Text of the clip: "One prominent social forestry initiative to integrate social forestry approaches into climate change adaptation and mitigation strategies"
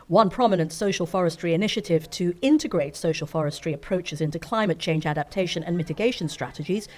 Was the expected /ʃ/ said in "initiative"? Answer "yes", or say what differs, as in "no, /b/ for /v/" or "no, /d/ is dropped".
yes